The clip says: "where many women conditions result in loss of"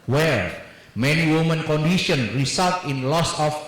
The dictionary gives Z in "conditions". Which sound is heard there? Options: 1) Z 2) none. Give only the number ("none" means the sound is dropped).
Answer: 2